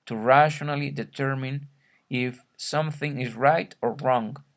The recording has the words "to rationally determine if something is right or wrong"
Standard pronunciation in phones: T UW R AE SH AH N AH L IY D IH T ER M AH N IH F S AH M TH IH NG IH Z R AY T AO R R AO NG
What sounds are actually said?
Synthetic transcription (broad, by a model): T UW R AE SH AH N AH L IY D IH T ER M AH N IH F S AH M TH IH NG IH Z R AY T AO R R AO NG